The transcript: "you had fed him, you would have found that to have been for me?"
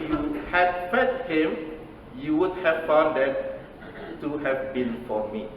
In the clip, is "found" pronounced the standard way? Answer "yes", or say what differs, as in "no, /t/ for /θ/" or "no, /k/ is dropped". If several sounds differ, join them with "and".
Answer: no, /n/ is dropped